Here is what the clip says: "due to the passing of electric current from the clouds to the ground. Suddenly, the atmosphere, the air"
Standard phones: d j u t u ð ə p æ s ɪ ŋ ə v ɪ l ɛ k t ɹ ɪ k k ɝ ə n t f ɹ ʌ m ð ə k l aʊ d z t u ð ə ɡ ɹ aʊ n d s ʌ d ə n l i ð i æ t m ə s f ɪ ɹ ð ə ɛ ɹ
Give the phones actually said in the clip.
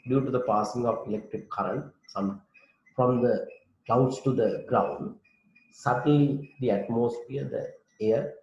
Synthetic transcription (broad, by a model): d j u t u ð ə p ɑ s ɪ ŋ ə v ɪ l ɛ k t ɹ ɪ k k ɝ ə n t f ɹ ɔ m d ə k aʊ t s t u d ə ɡ ɹ aʊ n d s ʌ d ə n l i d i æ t m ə s f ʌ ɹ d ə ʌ ɹ